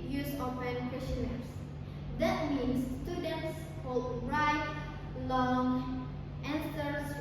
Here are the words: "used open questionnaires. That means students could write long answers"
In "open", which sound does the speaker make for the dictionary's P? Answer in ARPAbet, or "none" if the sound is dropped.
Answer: F